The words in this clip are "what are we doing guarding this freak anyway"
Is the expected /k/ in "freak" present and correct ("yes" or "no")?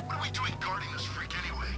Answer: yes